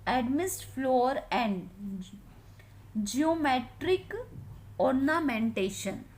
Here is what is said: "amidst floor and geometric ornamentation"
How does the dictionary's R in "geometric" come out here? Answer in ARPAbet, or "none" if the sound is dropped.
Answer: R